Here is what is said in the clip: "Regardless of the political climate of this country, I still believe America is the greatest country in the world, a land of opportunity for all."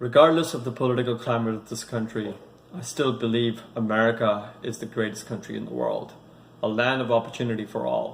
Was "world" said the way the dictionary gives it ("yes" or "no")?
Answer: yes